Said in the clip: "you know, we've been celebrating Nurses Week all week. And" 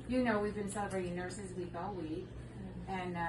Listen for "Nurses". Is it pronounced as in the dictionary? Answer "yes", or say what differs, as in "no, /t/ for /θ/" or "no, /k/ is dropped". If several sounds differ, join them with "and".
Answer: yes